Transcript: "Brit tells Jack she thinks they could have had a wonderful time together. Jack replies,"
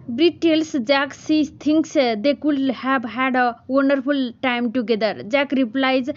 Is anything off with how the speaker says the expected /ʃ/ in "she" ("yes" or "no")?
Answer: yes